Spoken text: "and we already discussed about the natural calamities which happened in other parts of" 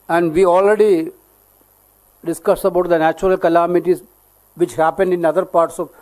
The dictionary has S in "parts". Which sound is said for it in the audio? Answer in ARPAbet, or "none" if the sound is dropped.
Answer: S